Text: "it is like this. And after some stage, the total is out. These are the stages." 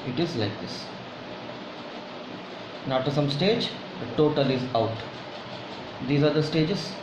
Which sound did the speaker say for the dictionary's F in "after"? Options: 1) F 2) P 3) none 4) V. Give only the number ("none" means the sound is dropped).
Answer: 3